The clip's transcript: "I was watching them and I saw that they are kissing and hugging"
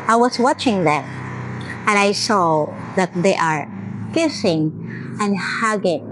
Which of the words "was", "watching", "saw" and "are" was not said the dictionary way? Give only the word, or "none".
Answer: was